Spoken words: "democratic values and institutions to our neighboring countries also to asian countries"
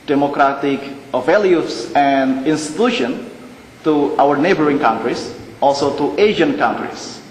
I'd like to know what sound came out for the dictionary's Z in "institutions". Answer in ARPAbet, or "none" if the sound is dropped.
none